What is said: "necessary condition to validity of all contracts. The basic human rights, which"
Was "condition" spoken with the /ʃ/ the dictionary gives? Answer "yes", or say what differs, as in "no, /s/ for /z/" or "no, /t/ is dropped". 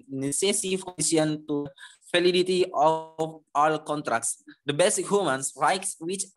no, /ʃ/ is dropped